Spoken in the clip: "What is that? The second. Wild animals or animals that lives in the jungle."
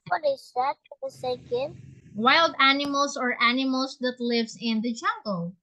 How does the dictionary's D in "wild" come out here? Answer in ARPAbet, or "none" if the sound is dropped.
D